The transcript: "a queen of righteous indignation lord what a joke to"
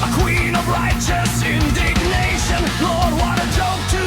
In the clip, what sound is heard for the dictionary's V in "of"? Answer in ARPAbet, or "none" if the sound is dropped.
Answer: V